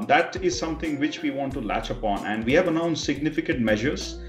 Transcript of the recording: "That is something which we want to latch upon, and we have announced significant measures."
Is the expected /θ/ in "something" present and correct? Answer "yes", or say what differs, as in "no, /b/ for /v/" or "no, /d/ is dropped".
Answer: no, /t/ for /θ/